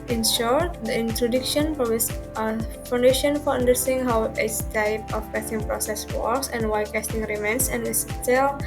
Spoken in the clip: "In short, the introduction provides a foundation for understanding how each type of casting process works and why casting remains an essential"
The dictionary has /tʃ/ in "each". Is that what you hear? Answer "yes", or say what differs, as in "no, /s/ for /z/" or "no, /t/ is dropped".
no, /s/ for /tʃ/